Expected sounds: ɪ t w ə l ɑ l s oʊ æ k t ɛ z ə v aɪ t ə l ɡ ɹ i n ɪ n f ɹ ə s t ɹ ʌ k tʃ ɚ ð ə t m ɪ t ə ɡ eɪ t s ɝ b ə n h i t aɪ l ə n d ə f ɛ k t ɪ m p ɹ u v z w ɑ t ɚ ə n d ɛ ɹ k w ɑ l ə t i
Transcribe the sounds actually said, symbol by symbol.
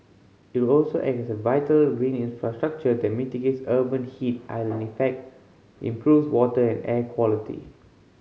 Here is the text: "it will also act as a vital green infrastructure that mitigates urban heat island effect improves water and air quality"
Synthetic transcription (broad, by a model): ɪ t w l ɑ l s oʊ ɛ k ɛ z ə v aɪ t ə l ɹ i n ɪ n f ɹ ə s t ɹ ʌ k tʃ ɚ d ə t m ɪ t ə ɡ eɪ t s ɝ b ə n h i t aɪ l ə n ə f ɛ k t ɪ m p ɹ u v s w ɑ t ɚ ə n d ɛ k w ɑ l ə t i